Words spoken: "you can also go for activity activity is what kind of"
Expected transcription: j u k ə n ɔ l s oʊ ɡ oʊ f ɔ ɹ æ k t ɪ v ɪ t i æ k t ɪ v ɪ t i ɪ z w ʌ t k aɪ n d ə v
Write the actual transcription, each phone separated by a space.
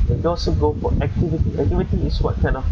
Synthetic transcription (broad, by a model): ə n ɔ s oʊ ɡ oʊ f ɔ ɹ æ k t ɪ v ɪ t i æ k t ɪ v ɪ t i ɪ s w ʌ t k aɪ n d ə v